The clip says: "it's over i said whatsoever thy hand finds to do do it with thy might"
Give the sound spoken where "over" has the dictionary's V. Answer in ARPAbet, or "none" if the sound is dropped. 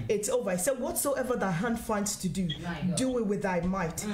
V